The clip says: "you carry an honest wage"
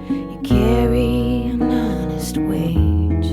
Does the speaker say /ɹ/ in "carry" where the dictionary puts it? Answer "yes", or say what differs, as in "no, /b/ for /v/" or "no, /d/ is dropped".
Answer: yes